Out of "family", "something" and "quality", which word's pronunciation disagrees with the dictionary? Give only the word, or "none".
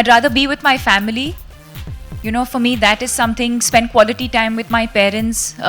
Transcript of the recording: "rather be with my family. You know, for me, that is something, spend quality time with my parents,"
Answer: something